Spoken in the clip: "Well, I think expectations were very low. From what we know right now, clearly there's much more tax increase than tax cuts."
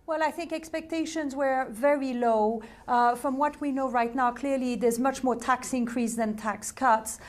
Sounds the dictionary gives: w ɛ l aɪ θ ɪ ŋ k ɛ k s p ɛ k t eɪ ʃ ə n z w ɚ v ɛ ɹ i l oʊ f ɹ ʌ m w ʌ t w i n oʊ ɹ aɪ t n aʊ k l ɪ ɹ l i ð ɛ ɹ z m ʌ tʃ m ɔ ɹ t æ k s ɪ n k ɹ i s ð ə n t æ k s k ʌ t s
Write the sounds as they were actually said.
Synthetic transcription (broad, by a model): w ɛ l aɪ θ ɪ ŋ k ɛ k s p ɛ k t eɪ ʃ ə n z w ɚ v ɛ ɹ i l oʊ f ɹ ʌ m w ʌ t w i n oʊ ɹ aɪ t n aʊ k l ɪ ɹ l i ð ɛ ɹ z m ʌ tʃ m ɔ ɹ t æ k s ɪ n k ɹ i s ð ə n t æ k s k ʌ t s